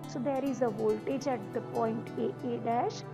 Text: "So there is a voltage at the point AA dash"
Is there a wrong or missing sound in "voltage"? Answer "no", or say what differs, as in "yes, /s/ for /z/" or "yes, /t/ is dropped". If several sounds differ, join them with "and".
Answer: no